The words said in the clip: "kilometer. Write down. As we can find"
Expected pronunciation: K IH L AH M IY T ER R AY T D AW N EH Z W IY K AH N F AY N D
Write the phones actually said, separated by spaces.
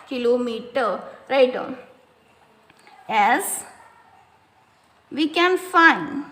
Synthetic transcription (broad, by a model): K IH L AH M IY T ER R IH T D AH EH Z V IY K AH N F AY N D